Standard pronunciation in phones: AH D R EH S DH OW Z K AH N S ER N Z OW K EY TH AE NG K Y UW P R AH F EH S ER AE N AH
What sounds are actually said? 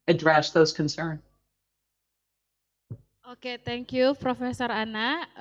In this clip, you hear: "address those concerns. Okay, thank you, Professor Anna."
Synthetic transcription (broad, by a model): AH D R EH S DH OW Z K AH N S ER N OW K EY T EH NG K Y UW P R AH F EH S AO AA N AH